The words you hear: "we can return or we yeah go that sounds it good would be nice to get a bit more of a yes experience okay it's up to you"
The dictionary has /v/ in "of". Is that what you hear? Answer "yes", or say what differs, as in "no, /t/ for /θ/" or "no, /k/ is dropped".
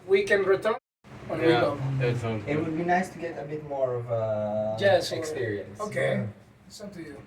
yes